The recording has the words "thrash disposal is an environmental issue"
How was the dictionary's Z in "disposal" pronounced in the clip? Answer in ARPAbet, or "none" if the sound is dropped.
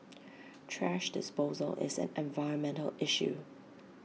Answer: Z